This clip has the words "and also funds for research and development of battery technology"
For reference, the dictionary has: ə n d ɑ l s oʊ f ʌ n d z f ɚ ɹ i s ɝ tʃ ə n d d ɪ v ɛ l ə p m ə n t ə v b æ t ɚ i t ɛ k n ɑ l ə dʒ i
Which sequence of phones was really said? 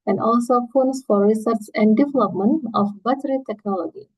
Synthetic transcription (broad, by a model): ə n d ɑ l s oʊ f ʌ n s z f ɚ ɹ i s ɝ s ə n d d ɪ v ɛ l ə p m ə n t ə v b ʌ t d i t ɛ k n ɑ l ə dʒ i